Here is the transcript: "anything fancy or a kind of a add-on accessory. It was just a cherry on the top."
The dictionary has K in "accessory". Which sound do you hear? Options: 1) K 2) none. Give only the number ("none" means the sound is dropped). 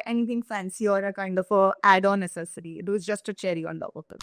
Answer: 2